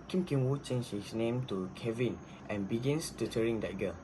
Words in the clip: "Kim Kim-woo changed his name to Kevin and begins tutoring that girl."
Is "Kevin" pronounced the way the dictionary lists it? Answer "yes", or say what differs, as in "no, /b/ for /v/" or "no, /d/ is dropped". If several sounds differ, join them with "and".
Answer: yes